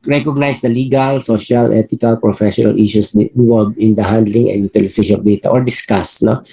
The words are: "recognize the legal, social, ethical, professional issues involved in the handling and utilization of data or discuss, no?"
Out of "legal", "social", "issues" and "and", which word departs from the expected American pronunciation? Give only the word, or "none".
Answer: issues